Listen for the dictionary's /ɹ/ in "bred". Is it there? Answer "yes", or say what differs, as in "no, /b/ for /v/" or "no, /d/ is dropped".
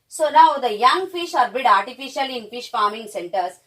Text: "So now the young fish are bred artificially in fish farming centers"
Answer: no, /ɹ/ is dropped